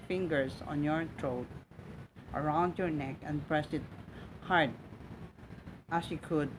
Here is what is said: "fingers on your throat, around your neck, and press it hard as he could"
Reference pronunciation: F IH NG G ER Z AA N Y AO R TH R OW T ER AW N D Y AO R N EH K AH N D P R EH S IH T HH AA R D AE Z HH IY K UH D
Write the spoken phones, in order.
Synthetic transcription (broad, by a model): F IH NG G ER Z AA N Y AO R T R OW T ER AW N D Y AO R N EH K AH N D P R EH S IH T HH AA R D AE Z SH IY K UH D